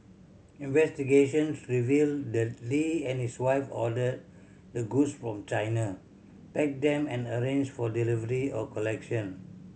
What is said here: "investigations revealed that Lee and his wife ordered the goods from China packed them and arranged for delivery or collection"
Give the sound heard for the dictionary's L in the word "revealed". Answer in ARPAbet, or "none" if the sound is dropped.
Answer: L